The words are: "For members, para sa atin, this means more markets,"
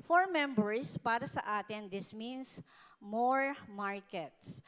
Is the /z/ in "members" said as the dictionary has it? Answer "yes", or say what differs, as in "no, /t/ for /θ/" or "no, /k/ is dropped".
no, /s/ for /z/